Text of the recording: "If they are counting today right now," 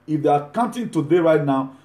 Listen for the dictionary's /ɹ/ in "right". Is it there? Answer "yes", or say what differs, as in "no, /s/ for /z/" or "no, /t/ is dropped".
yes